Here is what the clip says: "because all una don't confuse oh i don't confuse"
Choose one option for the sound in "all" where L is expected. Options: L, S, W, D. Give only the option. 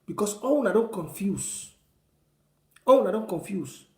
W